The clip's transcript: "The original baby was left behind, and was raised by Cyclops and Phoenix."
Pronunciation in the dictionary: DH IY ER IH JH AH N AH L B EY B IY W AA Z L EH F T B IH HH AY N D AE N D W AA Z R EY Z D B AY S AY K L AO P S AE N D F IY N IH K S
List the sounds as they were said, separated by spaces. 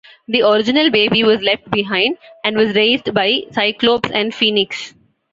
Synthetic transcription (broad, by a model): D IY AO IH JH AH N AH L B EY B IY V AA Z L EH F T B IH HH AY N D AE N D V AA Z R EY Z D B AY S AY K L AO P S AE N D F IY N IH K S